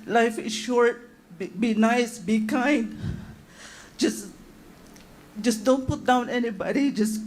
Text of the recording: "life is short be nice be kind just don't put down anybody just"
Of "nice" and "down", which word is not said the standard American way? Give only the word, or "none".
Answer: none